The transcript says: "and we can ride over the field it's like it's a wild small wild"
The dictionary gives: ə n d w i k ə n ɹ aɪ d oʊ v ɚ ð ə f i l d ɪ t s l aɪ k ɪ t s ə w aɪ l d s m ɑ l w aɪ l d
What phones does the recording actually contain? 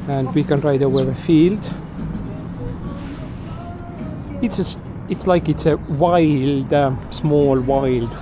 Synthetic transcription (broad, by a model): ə n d w i k ə n ɹ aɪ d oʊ ɚ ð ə f i l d ɪ t s l aɪ k ɪ t s ə w aɪ l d s m ɑ l w aɪ l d